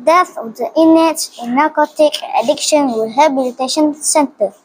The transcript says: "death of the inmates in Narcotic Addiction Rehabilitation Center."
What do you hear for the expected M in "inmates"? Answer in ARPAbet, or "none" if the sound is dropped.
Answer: none